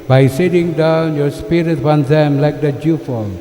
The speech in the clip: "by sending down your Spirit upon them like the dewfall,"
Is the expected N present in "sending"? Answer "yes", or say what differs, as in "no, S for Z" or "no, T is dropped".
no, N is dropped